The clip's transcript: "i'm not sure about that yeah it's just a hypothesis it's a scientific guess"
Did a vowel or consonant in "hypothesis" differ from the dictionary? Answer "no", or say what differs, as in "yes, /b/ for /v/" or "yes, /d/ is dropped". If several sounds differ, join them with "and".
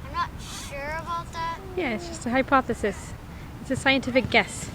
no